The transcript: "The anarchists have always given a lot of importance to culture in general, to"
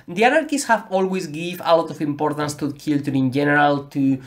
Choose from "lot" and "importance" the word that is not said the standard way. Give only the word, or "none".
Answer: none